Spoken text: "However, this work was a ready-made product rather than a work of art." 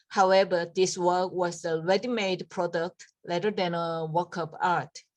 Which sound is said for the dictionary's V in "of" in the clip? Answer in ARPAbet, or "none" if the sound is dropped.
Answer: P